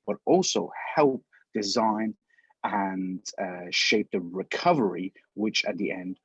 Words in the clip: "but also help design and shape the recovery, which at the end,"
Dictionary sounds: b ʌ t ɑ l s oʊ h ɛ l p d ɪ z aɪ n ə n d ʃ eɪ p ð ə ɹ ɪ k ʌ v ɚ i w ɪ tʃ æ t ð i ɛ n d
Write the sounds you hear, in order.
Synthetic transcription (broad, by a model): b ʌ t ɑ l s oʊ h ɛ l p d ɪ z aɪ n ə n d ʃ eɪ p ð ə ɹ ɪ k ʌ v ɚ i w ɪ tʃ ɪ t ð i ɛ n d